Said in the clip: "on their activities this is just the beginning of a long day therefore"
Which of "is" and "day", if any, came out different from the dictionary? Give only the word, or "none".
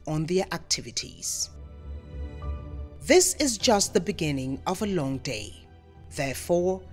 none